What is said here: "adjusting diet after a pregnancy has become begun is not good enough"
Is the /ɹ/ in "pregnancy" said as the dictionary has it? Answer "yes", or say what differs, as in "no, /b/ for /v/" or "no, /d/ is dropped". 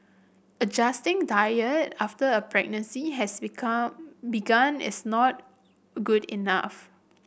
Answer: yes